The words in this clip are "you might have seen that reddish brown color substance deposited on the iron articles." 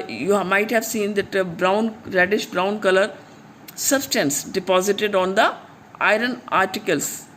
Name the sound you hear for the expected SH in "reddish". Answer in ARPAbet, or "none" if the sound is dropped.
SH